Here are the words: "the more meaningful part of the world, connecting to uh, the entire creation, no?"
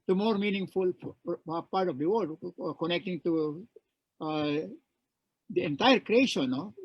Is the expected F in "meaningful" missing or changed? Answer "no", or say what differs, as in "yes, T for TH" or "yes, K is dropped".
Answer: no